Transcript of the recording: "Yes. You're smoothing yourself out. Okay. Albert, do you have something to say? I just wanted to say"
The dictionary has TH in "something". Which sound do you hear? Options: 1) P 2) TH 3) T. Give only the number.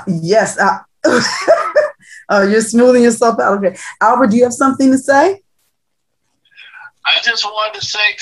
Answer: 2